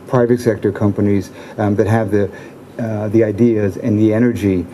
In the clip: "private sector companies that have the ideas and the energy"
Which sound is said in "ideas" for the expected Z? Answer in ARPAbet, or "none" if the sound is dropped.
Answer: Z